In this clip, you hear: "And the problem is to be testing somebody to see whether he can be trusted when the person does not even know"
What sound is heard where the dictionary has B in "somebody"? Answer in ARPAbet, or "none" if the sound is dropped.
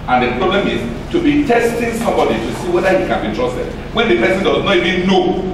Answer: B